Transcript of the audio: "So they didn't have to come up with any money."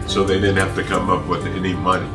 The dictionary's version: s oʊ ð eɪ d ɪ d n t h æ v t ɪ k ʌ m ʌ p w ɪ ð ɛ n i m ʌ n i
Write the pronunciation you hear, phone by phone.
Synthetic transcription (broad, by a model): s oʊ ð eɪ d ɪ d n t h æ f t ɪ k ʌ m ʌ p w ɪ ð ɛ n i m ʌ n i